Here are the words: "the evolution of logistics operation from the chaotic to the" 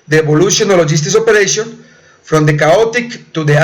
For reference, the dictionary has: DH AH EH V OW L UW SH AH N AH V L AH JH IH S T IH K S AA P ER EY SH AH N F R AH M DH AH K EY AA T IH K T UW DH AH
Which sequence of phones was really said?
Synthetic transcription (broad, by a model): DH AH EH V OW L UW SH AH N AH L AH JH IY S T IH S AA P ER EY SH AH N F R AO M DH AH K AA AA T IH K T UW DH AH